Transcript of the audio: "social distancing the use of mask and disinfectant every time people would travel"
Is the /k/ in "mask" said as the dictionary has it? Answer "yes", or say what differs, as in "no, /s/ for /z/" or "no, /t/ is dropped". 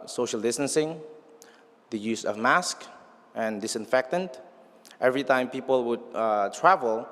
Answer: yes